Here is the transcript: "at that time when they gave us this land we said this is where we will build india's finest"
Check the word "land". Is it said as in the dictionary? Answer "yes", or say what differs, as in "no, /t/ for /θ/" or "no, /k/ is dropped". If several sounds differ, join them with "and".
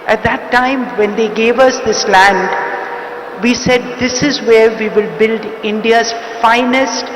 yes